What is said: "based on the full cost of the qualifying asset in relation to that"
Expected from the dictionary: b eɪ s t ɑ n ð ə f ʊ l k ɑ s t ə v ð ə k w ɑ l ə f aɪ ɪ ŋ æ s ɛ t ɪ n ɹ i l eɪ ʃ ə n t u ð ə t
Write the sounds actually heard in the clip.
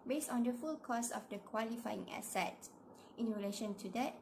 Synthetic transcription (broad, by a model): b eɪ s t ɑ n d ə f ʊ l k ɑ s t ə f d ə k w ɑ l ə f aɪ ɪ ŋ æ s ɛ t ɪ n ɹ i l eɪ ʃ ə n t u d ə t